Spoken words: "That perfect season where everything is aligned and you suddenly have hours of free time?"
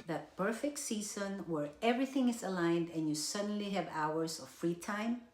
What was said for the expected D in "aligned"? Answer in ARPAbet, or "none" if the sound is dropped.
D